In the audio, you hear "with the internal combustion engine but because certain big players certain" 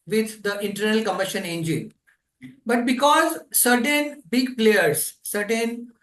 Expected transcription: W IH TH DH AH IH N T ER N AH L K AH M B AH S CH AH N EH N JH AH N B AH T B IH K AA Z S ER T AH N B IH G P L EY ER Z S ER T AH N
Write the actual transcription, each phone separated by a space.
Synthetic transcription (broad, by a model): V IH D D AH IH N T ER N AH L K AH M AH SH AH N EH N JH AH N B AH T B IH K AA Z S ER T AH N B IH G P L EY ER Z S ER T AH N